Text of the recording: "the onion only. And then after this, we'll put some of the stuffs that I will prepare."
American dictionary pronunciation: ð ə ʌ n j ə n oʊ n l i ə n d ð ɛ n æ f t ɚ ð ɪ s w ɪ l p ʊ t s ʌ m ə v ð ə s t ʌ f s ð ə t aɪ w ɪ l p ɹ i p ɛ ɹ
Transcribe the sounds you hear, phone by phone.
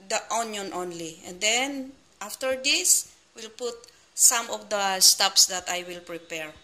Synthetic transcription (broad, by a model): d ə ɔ n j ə n oʊ n l i ə n d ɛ n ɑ f t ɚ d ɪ s w ɪ l p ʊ t s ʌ m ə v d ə s t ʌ p s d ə t aɪ w ɪ l p ɹ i p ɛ ɹ